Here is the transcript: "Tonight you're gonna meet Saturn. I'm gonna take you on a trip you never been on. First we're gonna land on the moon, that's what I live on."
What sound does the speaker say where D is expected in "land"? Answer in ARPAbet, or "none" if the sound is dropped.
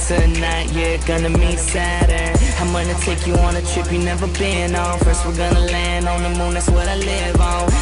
D